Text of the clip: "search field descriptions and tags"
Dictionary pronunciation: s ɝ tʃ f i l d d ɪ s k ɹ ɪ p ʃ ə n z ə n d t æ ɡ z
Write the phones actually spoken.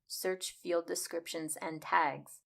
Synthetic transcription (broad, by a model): s ɝ tʃ f i l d d ɪ s k ɹ ɪ p ʃ ə n z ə n t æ ɡ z